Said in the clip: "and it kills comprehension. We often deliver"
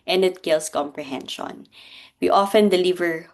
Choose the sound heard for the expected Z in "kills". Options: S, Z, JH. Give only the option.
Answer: S